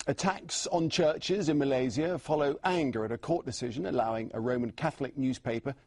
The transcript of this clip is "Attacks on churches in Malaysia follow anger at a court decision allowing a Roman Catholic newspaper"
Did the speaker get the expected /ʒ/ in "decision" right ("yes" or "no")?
yes